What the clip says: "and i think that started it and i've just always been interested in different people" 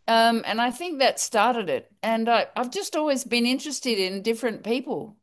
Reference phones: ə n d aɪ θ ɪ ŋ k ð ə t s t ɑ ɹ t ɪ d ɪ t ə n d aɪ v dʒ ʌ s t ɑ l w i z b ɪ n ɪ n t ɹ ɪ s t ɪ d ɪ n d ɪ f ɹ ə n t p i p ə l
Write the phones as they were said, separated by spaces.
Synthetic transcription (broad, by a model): ə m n aɪ θ ɪ ŋ k ð ə t s t ɑ ɹ t ɪ d ɪ t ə n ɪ aɪ v dʒ ʌ s t ɑ l w i z b ɪ n ɪ n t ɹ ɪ s t ɪ d ɪ n d ɪ f ɹ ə n p i p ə l